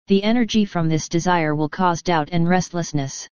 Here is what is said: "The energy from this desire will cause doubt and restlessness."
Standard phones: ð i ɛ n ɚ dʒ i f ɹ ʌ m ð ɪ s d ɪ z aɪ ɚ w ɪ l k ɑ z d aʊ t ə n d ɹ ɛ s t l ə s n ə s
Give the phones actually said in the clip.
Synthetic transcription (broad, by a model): ð i ɛ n ɚ dʒ i f ɹ ʌ m ð ɪ s d ɪ z aɪ ɚ w ɪ l k ɑ z d aʊ t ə n ɹ ɛ s t l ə s n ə s